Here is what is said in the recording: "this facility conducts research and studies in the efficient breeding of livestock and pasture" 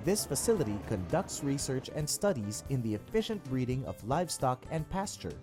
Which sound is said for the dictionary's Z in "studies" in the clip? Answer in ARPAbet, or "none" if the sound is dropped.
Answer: Z